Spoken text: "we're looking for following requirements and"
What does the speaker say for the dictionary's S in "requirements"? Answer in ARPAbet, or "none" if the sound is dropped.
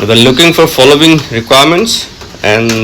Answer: S